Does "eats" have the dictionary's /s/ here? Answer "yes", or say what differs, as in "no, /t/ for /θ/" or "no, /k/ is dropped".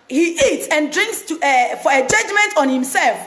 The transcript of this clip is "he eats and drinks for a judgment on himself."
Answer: yes